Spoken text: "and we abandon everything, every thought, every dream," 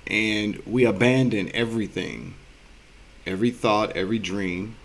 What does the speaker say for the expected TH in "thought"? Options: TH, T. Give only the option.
TH